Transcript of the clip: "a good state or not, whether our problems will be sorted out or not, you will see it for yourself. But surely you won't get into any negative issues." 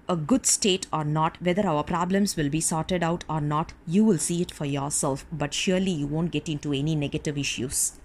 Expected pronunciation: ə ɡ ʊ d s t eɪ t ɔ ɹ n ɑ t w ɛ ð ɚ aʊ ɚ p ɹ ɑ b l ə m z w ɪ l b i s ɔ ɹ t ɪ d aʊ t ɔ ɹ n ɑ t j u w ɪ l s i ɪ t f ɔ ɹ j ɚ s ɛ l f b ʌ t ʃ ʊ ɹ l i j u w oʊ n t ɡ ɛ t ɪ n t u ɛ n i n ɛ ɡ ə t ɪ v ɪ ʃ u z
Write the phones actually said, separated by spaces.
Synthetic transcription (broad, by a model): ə ɡ ʊ d s t eɪ t ɔ ɹ n ɑ t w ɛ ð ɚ aʊ ɚ p ɹ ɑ b l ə m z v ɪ l b i s ɔ ɹ t ɪ d aʊ t ɔ ɹ n ɑ t j u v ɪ l s i ɪ t f ɔ ɹ j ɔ s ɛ l f b ʌ t ʃ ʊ ɹ l i j u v oʊ n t ɡ ɛ t ɪ n t u ɛ n i n ɛ ɡ ə t ɪ v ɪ ʃ u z